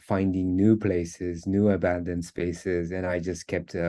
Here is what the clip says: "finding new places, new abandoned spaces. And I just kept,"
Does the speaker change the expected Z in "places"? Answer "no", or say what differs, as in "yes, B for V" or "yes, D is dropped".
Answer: no